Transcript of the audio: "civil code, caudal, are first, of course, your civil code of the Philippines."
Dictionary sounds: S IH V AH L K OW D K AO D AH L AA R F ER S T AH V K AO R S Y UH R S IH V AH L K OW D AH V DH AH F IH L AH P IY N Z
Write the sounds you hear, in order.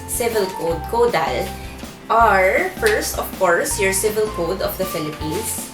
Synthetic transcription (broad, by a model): S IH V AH L K OW D K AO D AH L AA R F ER S T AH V K AO R S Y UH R S IH V AH L K OW D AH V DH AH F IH L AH P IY N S